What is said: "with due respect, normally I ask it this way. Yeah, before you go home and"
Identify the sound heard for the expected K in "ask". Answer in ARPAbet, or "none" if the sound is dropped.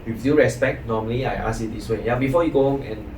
none